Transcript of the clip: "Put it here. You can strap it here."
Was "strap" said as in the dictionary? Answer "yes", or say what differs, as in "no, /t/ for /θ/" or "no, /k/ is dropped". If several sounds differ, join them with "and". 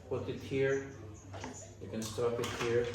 no, /ɹ/ is dropped